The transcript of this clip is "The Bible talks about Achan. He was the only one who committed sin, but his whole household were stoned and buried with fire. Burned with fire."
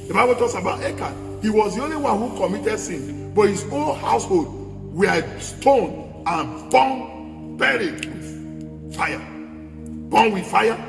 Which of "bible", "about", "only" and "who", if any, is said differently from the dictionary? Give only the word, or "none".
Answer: none